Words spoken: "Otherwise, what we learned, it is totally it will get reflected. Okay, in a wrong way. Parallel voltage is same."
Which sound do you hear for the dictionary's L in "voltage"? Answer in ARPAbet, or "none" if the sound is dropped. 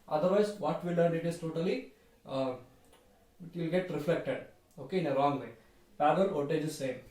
none